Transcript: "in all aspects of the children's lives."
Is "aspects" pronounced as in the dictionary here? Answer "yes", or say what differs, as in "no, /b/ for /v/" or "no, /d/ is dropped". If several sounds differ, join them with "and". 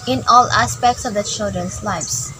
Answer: yes